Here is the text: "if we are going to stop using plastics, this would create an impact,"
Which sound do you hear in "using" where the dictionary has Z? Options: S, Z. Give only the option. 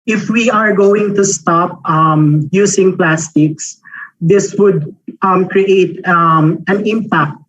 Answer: S